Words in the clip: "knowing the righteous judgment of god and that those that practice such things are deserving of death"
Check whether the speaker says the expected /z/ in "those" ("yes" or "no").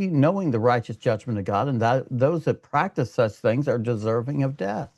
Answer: yes